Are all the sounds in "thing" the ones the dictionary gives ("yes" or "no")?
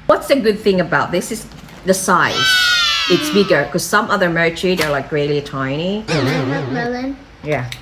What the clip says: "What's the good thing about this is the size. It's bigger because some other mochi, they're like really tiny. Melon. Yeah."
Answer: yes